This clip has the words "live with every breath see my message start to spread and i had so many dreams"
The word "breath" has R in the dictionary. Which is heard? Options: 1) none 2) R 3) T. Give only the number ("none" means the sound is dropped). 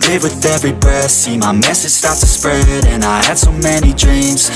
1